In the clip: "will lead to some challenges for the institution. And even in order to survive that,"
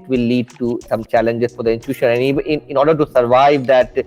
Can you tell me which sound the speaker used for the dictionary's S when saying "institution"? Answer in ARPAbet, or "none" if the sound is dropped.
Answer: none